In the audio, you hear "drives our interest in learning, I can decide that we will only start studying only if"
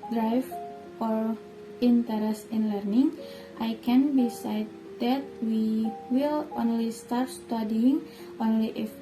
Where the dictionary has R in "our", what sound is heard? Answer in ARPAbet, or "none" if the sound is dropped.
R